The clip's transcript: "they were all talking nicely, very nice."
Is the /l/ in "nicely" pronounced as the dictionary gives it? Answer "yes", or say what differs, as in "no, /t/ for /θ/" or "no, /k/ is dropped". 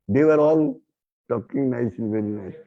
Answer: no, /l/ is dropped